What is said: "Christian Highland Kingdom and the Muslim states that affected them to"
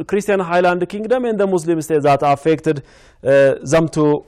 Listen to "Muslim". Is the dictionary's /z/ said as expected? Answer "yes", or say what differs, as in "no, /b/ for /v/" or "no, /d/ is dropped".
no, /s/ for /z/